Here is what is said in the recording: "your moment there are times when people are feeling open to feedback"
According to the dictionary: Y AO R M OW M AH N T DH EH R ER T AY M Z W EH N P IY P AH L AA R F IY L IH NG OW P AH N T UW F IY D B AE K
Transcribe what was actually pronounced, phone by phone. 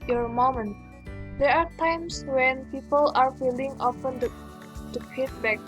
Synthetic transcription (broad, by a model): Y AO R M OW M AH N T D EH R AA T AY M S W EH N P IY P AH L AA R F IY L IH NG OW F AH N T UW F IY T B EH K